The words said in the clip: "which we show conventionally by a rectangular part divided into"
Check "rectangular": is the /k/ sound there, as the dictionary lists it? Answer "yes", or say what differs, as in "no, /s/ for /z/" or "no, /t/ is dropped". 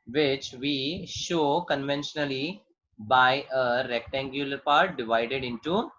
yes